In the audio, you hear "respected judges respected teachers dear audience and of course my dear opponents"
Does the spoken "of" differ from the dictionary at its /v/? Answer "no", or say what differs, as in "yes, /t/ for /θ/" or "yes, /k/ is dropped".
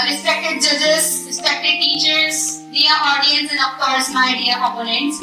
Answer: yes, /p/ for /v/